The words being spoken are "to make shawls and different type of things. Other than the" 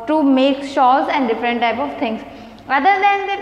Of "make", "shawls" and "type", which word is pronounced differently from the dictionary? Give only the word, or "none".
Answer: shawls